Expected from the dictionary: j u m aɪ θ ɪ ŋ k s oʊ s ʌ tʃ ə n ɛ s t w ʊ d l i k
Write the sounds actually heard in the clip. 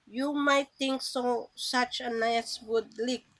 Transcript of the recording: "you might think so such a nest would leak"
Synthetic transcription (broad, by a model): j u m aɪ t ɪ ŋ k s oʊ s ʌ tʃ ə n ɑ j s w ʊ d l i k